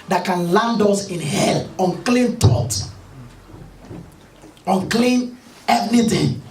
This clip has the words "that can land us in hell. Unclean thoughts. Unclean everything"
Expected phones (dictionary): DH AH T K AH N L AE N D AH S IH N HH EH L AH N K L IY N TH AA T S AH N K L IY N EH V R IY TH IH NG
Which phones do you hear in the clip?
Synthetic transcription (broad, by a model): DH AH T K AH N L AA N D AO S IH N HH EH L AH N K L IY N T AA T AH N K L IY N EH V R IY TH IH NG